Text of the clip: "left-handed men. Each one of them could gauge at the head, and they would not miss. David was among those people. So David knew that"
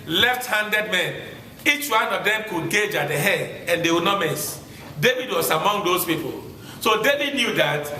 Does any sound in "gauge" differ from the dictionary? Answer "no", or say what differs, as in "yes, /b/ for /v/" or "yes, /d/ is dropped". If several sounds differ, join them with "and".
no